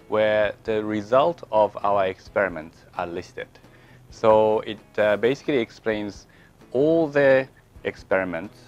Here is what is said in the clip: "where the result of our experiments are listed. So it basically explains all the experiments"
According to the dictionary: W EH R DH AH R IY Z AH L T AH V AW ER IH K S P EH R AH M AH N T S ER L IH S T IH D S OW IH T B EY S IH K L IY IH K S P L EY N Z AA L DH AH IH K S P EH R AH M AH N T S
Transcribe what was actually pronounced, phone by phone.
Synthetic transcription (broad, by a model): W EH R DH AH R IY Z AH L T AH V AW ER IH K S P EH R AH M AH N T S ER L IH S T IH D S OW IH T B EY S IH K L IY IH K S P L EY N Z AA L DH AH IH K S P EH R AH M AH N T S